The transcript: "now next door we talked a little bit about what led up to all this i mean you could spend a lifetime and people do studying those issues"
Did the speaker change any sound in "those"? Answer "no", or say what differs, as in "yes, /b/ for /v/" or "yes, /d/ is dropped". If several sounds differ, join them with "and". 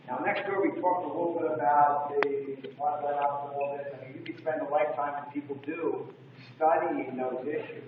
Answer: no